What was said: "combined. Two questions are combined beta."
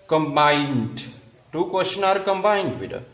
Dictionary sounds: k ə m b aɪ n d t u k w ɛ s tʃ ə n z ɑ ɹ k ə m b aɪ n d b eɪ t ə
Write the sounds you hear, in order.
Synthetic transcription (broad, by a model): k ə m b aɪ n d t u k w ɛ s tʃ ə n ɑ ɹ k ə m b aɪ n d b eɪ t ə